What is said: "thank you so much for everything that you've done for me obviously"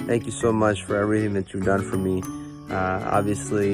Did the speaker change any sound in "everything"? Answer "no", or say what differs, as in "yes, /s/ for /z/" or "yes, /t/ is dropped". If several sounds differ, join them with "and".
no